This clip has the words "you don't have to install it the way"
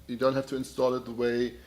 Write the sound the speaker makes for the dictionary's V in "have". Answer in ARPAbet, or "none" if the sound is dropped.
F